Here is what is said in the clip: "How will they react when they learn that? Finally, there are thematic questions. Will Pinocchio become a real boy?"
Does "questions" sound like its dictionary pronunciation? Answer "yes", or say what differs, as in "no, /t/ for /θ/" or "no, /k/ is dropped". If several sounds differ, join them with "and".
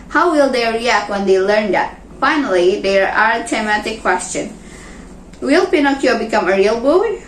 no, /z/ is dropped